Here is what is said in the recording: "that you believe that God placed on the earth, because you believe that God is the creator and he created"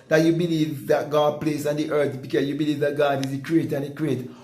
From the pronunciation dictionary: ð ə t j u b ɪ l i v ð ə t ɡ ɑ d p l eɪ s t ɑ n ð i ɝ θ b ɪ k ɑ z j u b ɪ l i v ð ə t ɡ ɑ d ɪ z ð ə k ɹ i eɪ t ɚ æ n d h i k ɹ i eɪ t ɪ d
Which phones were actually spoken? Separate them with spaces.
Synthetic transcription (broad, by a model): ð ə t j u b ɪ l i v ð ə t ɡ ɑ d p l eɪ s ɑ n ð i ɝ θ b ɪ k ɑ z j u b ɪ l i v ð ə t ɡ ɑ d ɪ z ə k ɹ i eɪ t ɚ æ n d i k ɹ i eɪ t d